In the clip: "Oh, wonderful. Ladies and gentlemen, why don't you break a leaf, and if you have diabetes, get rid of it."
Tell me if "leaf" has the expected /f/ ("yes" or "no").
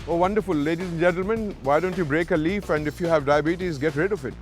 yes